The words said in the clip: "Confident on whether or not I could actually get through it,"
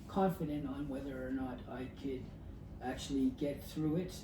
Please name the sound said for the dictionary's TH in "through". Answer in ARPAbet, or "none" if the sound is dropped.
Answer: TH